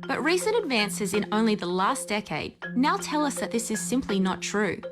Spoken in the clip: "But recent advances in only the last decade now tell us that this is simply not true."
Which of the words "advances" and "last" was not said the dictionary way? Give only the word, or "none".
none